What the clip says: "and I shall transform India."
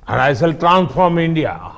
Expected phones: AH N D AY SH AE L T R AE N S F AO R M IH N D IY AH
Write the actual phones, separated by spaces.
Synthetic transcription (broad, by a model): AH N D AY S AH L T R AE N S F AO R M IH N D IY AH